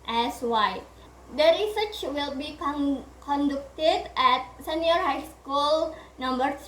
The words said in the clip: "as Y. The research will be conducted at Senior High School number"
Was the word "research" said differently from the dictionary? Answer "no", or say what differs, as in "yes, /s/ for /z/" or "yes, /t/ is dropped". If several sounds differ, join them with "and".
no